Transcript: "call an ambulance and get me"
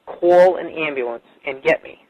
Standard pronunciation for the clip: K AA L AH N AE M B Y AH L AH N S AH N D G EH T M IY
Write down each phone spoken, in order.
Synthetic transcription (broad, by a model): K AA L AH N AE M B Y AH L AH N S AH N G EH T M IY